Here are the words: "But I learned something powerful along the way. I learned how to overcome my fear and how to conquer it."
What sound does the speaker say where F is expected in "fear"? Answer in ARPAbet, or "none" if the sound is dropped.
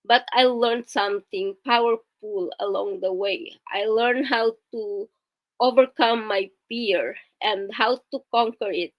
P